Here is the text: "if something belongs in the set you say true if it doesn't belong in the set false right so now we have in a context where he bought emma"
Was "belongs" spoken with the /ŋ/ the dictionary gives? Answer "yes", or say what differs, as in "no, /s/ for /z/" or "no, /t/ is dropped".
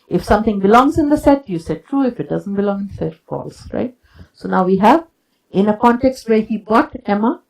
yes